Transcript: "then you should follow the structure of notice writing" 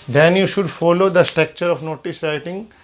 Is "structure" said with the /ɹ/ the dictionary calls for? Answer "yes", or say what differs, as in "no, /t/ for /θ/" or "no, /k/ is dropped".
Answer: yes